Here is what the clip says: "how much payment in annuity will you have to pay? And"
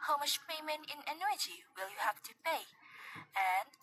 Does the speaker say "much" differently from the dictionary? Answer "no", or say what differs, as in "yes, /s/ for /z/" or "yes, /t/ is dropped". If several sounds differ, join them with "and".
yes, /ʃ/ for /tʃ/